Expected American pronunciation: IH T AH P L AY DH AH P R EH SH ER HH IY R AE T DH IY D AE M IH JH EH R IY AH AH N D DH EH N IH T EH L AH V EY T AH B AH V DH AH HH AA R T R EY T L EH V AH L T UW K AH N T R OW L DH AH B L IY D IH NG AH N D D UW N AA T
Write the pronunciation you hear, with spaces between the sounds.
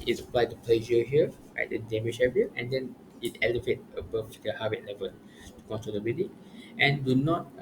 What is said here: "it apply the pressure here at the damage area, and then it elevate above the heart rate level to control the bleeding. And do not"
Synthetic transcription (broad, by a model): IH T AH P L AY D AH P L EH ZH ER HH IY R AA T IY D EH M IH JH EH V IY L AH N D EH N IH T EH L AH V EY T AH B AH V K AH HH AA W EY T L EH V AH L T UW K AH N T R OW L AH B IY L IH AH N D D UW N AA T